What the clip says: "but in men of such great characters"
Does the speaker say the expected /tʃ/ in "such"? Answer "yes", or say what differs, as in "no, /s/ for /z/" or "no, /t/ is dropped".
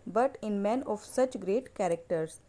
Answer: yes